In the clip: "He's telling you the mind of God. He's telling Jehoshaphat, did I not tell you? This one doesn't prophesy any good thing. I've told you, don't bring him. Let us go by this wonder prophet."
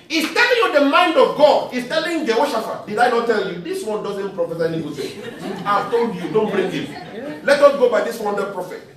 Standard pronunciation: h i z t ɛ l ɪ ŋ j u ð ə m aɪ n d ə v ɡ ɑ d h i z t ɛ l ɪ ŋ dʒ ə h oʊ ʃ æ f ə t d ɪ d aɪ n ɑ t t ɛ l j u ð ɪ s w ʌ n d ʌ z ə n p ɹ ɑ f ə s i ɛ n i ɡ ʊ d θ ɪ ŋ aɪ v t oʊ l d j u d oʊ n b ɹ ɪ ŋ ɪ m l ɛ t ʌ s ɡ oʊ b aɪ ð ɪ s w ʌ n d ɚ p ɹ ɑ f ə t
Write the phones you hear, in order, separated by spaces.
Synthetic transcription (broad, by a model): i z t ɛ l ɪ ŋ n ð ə m aɪ n d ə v ɡ ɑ d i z t ɛ l ɪ ŋ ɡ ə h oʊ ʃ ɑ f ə d ɪ d aɪ n ɑ t t ɛ l j u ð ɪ s w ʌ n d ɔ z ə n p ɹ ɑ f ə s i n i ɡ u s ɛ aɪ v t oʊ l d j u d oʊ n b ɹ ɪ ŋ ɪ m l ɛ t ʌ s ɡ oʊ b aɪ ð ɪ s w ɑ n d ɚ p ɹ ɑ f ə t